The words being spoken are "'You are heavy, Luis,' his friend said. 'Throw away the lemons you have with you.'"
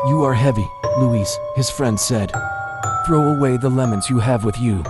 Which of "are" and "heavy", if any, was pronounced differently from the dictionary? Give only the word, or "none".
none